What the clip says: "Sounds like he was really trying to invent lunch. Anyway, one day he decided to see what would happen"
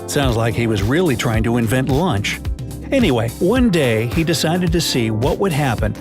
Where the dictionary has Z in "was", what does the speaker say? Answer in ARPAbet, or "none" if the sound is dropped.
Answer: Z